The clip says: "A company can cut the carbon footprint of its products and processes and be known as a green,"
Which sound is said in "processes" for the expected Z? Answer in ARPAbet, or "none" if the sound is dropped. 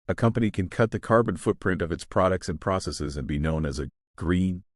Z